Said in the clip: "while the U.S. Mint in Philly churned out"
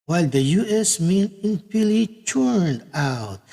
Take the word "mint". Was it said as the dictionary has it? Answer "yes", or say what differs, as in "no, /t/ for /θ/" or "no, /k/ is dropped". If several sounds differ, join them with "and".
no, /t/ is dropped